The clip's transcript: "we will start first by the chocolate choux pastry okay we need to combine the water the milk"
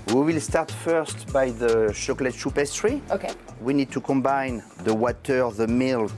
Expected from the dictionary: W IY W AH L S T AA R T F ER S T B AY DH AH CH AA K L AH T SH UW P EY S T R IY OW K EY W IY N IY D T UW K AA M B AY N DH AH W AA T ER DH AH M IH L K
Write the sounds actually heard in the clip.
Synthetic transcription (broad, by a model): W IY W AH L S T AA R T F ER S T B AY DH AH SH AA K L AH T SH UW P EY S T R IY OW K EY W IY N IY D T UW K AA M B AY N DH AH W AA T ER DH AH M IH L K